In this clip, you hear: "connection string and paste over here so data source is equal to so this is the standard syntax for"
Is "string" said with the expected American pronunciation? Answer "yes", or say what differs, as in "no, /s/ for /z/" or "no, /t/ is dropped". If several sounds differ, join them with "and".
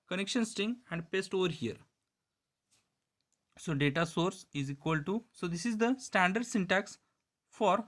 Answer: no, /ɹ/ is dropped